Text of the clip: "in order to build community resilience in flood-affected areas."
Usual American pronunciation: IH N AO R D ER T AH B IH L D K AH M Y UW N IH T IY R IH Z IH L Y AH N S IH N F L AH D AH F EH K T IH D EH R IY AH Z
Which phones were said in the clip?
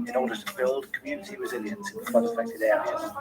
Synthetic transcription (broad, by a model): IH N AO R D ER T AH B IH L D K AH M Y UW N IH T IY R IH Z IH L Y AH N S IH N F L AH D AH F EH K T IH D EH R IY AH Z